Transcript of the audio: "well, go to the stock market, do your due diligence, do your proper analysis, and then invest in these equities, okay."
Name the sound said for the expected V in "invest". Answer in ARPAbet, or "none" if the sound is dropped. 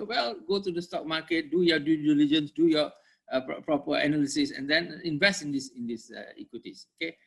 V